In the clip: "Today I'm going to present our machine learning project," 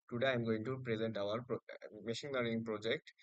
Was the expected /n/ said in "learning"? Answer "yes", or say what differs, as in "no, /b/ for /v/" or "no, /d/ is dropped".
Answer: no, /n/ is dropped